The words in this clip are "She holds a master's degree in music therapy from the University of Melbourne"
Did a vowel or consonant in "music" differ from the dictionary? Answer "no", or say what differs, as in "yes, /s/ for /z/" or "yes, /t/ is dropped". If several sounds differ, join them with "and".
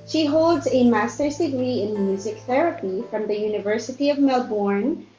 no